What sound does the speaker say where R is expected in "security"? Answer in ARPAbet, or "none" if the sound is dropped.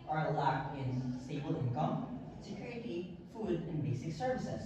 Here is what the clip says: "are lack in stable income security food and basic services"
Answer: none